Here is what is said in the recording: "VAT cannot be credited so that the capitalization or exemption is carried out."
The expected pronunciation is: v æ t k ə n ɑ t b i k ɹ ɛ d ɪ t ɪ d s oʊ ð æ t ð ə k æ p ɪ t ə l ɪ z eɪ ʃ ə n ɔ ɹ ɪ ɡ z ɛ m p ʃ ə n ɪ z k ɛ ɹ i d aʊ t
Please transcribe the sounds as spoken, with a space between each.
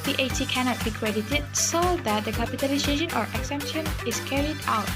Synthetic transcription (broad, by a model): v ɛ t k ə n ɑ t b i k ɹ ɛ d ɪ t ɪ d s oʊ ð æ t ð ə k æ p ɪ t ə l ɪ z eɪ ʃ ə n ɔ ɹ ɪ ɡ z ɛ m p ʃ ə n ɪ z k ɛ ɹ i d aʊ t